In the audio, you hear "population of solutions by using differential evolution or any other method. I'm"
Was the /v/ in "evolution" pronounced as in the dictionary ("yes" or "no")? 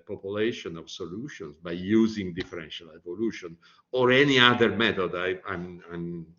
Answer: yes